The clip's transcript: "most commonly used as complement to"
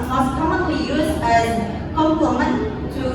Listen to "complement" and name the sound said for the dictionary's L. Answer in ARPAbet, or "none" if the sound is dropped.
none